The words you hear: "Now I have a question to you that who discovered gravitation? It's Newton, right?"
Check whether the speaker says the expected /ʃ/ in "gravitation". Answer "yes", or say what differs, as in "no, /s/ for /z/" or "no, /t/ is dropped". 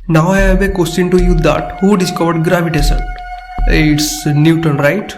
no, /s/ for /ʃ/